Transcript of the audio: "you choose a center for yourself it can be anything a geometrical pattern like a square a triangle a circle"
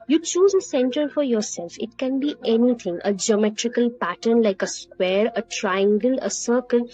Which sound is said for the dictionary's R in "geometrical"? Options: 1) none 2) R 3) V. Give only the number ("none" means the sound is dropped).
2